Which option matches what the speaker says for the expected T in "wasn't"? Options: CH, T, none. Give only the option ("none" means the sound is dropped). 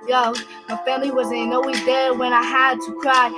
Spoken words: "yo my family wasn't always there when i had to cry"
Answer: none